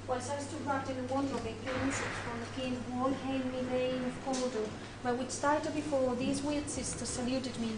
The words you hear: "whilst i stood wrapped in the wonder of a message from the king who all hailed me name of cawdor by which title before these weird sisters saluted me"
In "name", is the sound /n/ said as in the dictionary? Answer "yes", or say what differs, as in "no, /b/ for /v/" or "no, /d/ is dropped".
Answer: no, /l/ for /n/